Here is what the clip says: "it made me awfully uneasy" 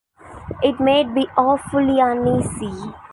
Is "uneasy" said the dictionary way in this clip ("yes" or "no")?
no